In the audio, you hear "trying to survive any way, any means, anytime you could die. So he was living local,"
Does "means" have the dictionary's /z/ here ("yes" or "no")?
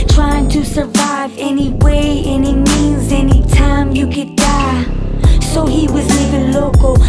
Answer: yes